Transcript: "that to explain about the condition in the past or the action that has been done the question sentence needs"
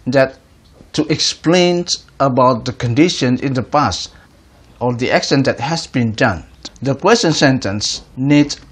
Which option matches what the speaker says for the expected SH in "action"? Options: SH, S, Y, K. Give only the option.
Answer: S